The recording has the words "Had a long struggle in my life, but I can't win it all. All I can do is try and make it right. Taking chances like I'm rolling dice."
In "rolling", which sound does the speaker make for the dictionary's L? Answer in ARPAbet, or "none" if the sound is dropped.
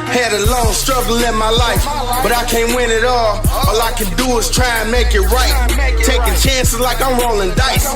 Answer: L